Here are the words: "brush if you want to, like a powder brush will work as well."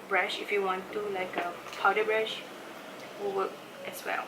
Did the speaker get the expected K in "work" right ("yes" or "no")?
no